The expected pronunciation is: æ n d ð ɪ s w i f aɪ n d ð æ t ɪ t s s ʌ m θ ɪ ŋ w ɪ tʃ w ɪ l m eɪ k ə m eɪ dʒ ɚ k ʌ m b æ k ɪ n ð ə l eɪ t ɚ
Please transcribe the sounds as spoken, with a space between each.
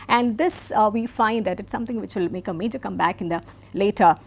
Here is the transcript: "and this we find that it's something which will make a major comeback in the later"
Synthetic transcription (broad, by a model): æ n d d ɪ s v i f aɪ n d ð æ t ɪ t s s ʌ m t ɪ ŋ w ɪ tʃ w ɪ l m eɪ k ə m eɪ dʒ ɚ k ʌ m b æ k ɪ n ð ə l eɪ t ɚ